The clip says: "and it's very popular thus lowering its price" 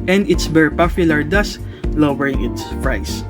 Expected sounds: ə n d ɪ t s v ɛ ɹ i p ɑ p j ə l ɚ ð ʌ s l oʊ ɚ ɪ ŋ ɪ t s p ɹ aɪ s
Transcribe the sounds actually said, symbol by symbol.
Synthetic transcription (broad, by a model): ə n d ɪ t s b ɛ ɹ p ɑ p j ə l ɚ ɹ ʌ s l oʊ ɚ ɪ ŋ ɪ t s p ɹ aɪ s